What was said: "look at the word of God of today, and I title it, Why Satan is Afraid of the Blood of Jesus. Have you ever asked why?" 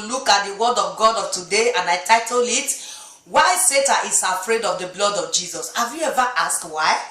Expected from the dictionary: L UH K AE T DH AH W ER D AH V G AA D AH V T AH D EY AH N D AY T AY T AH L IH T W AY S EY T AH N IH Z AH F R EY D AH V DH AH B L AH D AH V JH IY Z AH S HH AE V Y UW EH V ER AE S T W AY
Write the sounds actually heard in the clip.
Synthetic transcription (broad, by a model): L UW K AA T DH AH W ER D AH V G AA D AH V T AH D EY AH N AY T AY T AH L IH T W AY S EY T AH IH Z AH F R EY D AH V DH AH B L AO D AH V JH IY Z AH S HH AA V Y UW EH V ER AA S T W AY